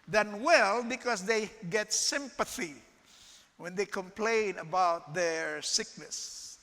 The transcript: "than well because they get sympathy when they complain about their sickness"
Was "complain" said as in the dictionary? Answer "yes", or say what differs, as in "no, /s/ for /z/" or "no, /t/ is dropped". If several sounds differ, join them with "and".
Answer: yes